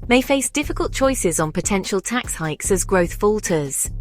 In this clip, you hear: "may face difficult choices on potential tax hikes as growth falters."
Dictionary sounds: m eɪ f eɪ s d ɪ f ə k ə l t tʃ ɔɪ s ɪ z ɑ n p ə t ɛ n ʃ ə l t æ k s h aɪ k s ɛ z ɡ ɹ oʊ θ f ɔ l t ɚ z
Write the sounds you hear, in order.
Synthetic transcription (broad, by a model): m eɪ f eɪ s d ɪ f ə k ə l t tʃ ɔɪ s ɪ z n p ə t ɛ n ʃ ə l t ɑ k s h aɪ k s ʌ z ɡ ɹ oʊ θ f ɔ l t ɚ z